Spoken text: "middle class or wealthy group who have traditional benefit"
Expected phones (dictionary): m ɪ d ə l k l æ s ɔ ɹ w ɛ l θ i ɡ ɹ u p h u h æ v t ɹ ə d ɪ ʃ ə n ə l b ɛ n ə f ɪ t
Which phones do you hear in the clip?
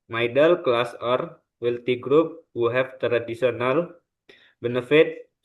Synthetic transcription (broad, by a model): m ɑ d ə l k l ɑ s ɔ ɹ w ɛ l t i ɡ ɹ u p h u h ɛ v t ɹ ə d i s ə n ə l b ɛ n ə f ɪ t